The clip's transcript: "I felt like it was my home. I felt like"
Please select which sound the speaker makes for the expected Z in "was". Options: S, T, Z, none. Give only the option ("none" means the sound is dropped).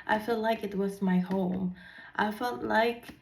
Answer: Z